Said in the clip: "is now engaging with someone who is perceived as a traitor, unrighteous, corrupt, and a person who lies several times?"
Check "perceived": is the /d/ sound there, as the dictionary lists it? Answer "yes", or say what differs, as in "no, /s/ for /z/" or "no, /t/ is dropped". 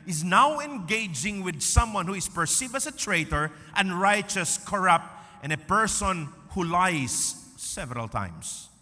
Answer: no, /d/ is dropped